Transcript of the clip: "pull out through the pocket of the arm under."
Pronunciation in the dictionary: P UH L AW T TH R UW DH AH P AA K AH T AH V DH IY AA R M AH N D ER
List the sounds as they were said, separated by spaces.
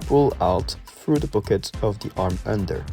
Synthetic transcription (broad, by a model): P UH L AW T TH R UW DH AH B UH K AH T AH V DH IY AA R M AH N D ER